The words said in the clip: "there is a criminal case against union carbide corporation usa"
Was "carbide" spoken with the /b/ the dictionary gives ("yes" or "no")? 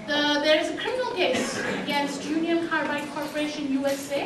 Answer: no